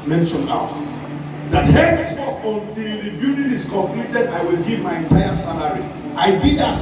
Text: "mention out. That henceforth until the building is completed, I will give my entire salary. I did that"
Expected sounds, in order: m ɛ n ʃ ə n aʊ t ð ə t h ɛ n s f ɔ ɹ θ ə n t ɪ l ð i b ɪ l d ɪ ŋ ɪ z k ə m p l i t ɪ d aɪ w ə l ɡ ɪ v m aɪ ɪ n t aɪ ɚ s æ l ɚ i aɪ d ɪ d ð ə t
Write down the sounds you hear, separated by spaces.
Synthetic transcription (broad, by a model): m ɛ n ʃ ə n aʊ t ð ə t h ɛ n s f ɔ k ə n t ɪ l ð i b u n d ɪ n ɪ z k ə m p l i t ɪ d aɪ w ə l ɡ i v m aɪ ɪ n t aɪ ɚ s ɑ l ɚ i aɪ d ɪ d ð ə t